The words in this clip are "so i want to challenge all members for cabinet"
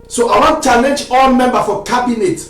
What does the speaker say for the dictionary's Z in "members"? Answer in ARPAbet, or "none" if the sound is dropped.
none